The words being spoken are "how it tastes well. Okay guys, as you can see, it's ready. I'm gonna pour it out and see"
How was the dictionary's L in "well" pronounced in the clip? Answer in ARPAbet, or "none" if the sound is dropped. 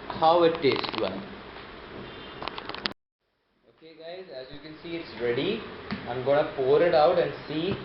N